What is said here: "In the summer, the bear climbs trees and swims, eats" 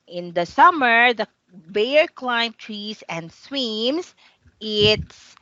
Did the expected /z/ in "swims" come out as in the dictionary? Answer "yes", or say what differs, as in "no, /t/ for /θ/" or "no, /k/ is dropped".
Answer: no, /s/ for /z/